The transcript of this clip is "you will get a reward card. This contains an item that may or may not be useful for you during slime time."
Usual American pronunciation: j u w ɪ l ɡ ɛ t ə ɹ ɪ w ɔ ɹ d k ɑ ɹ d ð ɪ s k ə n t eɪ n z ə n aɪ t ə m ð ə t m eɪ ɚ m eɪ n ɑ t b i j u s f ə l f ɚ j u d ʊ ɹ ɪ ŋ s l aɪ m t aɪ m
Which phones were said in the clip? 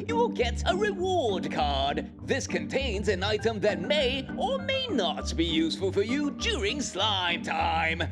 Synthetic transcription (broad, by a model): j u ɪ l ɡ ɛ t ə ɹ ɪ w ɔ ɹ d k ɑ ɹ d ð ɪ s k ə n t eɪ n z ə n aɪ t ə m ð ə t m eɪ ɚ m eɪ n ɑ t b i j u s f ə l f ɚ j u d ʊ ɹ ɪ ŋ s l aɪ m t aɪ m